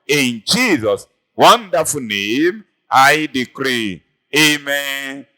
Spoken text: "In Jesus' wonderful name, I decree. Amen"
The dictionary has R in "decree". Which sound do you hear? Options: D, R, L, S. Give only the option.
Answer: R